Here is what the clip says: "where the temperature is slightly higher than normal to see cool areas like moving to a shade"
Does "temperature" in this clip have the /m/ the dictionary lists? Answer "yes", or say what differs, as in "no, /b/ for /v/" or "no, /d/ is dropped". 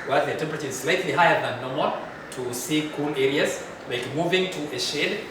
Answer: yes